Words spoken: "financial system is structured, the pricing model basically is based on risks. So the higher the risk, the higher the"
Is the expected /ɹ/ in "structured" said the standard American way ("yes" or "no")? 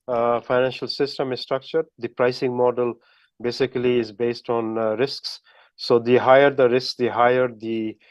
yes